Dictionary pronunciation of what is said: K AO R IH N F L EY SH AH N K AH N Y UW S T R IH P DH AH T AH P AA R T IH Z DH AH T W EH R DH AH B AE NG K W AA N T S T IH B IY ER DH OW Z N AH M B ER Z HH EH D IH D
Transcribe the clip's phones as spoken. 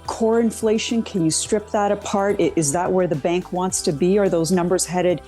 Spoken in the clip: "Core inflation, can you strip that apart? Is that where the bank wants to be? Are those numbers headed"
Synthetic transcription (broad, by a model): K AO R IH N F L EY SH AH N K AH N Y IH S T R IH P DH AH T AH P AA R T IH Z DH AH T W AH R DH AH B AE NG K W AA N T S T IH B IY ER DH OW Z N AH M B ER Z HH EH D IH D